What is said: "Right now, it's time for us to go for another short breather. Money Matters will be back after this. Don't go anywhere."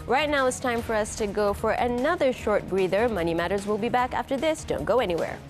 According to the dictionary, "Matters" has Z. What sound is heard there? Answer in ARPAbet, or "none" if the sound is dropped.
Z